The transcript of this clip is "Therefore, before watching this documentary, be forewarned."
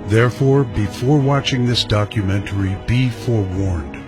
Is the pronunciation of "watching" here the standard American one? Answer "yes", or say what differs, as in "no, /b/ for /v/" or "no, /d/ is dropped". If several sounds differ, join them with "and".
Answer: yes